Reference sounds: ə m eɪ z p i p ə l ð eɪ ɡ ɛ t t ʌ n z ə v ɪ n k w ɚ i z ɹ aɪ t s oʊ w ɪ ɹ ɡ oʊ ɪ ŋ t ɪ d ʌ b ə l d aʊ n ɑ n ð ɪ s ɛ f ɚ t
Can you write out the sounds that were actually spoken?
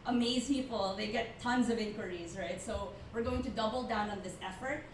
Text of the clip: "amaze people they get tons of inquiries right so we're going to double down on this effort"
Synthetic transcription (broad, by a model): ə m eɪ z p i p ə l ð eɪ ɡ ɛ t t ʌ n z ə v ɪ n k w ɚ i z ɹ aɪ t s oʊ w ɪ ɹ ɡ oʊ ɪ ŋ t ɪ d ʌ b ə l d aʊ n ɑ n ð ɪ s ɛ f ɚ t